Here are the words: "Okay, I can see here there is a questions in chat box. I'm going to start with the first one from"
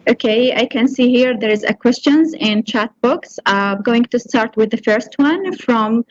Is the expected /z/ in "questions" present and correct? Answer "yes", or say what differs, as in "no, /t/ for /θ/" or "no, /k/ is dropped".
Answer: yes